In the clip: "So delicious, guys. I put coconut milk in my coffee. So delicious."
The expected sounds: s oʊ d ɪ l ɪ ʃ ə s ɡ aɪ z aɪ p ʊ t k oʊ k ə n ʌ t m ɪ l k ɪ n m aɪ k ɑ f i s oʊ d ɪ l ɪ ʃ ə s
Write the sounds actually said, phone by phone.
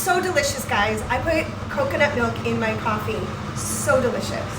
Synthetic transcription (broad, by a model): s oʊ d ɪ l ɪ ʃ ə s ɡ aɪ z aɪ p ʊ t k oʊ k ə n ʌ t m ɪ l k ɪ n m aɪ k ɑ f i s oʊ d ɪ l ɪ ʃ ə s